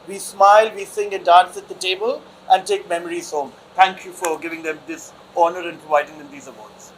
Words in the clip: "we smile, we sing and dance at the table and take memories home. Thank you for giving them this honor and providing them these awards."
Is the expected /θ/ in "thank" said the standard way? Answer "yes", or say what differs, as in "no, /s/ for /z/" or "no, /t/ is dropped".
no, /t/ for /θ/